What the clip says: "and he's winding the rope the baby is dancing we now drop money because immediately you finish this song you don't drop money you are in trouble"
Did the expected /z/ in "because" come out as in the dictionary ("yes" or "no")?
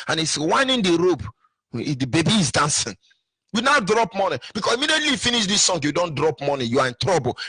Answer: no